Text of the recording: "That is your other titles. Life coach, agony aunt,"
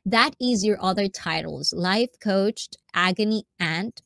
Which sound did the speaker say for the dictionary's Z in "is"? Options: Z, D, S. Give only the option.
Z